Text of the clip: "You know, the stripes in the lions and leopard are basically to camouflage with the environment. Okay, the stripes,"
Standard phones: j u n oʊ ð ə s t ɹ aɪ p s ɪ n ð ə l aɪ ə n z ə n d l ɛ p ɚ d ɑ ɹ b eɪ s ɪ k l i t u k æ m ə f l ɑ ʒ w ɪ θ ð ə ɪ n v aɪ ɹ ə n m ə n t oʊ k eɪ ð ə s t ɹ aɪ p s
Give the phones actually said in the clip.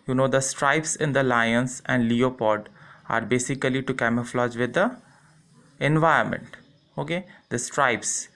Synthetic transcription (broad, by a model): j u n oʊ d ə s t ɹ aɪ p s ɪ n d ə l aɪ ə n s ə n d l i p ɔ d ɑ ɹ b eɪ s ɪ k l i t u k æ m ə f l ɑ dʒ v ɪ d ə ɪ n v aɪ ə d m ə n t oʊ k eɪ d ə s t ɹ aɪ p s